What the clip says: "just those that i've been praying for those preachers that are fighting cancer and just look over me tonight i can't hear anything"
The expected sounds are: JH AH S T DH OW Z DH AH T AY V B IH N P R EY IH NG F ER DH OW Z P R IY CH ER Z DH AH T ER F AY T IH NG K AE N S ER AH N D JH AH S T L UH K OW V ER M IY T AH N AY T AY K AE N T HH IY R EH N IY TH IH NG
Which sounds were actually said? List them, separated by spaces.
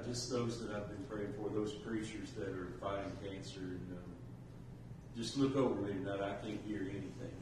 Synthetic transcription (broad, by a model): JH AH S T DH OW Z DH AH T AY V B IH N P R EY IH NG F ER DH OW Z P R IY CH ER Z DH AH T ER F AY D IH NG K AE N S ER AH N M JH AH S T L UH K OW V ER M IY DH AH T AY K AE N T HH IY R EH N IY TH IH NG